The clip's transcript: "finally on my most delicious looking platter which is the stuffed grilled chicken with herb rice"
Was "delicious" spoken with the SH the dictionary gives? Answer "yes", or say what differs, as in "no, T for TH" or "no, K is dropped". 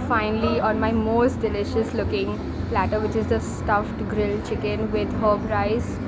yes